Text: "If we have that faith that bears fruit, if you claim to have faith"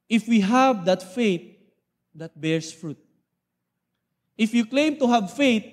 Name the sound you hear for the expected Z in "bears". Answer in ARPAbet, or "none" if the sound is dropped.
S